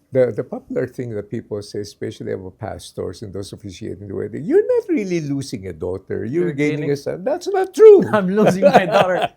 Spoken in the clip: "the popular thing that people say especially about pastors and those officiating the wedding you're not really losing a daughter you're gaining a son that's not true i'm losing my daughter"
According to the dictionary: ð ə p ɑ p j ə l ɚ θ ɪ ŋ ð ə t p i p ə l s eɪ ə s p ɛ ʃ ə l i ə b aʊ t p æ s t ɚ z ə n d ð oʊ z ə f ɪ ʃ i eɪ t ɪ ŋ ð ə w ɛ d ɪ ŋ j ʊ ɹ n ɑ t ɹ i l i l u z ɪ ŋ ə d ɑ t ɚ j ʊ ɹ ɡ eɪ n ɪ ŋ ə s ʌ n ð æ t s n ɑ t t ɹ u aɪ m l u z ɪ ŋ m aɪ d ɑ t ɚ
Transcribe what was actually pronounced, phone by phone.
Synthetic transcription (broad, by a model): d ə p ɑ p j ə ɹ θ ɪ ŋ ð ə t p i p ə l s eɪ s p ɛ ʃ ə l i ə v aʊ p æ s t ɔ s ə n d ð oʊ s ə f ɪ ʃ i eɪ t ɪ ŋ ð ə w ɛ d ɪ j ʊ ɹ n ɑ t ɹ i l i l u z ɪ ŋ ə d ɑ t ɚ j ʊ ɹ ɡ eɪ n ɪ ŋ ə s ʌ n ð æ t s n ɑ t t ɹ u aɪ m l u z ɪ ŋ m aɪ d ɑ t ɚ